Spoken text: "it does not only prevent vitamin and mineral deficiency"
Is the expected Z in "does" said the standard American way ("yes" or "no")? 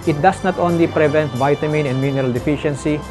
no